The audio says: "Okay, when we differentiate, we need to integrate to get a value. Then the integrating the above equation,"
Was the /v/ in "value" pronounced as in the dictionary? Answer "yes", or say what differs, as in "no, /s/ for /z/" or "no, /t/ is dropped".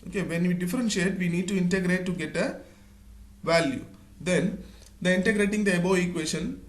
yes